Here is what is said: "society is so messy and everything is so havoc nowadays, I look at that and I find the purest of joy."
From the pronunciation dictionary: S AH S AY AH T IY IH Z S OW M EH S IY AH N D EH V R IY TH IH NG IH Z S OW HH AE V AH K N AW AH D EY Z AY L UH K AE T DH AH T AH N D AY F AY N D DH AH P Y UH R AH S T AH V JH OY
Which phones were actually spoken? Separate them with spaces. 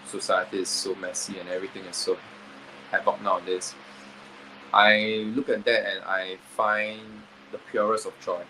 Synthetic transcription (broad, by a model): S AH S AY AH T IY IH S OW M EH S IY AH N EH V R IY T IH NG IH S OW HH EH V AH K N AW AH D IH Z AY L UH K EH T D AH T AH N AY F AY N D AH P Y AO R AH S AH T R OY